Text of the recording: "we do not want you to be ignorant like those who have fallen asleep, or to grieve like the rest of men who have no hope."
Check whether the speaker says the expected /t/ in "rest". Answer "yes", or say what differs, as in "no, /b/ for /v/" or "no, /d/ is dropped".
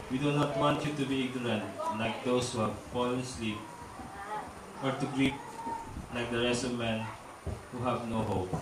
no, /t/ is dropped